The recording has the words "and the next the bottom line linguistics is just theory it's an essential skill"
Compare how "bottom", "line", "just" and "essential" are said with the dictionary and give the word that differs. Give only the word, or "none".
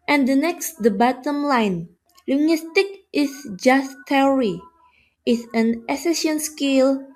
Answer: essential